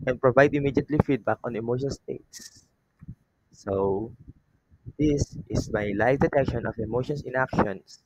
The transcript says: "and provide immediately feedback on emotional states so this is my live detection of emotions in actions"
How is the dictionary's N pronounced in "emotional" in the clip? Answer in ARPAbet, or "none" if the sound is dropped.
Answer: none